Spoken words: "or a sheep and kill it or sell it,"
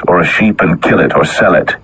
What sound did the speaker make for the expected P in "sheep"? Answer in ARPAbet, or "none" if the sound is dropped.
P